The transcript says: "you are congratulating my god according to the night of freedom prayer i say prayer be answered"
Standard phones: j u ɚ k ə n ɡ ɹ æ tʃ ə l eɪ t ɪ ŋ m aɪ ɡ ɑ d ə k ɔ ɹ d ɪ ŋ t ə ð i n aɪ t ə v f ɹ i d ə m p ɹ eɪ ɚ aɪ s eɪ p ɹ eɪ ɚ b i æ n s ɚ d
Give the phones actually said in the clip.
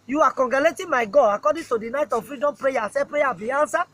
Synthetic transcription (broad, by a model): j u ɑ k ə ɡ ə l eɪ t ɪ m aɪ ɡ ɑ ə k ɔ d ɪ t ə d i n aɪ t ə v f ɹ i d ə m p ɹ eɪ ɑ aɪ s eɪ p ɹ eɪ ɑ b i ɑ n s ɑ